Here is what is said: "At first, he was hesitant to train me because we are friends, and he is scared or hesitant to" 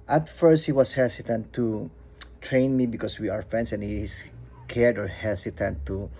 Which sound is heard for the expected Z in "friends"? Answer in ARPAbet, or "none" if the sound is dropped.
S